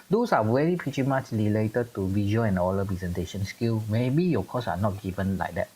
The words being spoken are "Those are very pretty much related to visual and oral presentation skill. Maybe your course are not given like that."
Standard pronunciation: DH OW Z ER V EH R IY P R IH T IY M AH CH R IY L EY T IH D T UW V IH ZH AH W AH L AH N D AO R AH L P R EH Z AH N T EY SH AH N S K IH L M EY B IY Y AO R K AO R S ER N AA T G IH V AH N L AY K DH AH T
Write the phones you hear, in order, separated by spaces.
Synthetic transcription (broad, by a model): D OW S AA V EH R IY P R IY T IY M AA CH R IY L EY T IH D T UW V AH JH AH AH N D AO L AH P R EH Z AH N T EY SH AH N S K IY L M EY B IY Y AO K AO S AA N AA T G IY V AH N L AY K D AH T